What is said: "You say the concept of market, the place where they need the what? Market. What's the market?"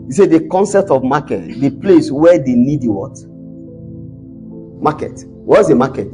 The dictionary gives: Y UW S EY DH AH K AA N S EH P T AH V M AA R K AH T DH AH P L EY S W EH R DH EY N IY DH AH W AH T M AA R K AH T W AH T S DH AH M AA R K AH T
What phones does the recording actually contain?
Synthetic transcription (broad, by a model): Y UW S EY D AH K AA N S EH P T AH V M AA K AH T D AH P L EY S W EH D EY N IY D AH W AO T M AA K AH T W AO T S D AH M AA K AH T